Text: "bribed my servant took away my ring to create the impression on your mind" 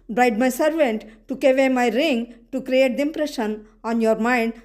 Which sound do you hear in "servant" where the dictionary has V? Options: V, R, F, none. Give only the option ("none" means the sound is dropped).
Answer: V